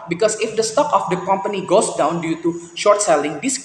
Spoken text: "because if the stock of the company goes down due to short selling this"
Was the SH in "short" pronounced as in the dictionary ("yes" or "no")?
yes